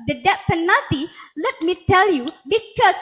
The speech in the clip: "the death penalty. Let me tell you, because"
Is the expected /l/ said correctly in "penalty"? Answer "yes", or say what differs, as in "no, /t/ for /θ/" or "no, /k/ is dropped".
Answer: no, /l/ is dropped